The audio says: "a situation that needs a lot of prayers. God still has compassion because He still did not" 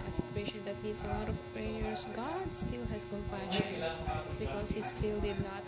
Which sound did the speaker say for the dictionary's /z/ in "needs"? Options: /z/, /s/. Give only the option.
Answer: /s/